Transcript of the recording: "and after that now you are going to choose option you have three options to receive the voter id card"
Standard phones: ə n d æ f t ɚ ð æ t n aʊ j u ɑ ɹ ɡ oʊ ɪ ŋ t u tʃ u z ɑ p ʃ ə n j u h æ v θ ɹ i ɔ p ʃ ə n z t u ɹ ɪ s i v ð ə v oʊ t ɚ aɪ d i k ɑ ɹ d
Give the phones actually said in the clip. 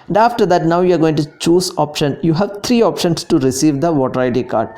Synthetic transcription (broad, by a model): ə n d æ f t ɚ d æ t n aʊ j u ɑ ɹ ɡ oʊ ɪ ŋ t u tʃ u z ɑ p ʃ ə n j u h æ v t ɹ i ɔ p ʃ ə n s t u ɹ ɪ s i v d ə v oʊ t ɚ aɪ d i k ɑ ɹ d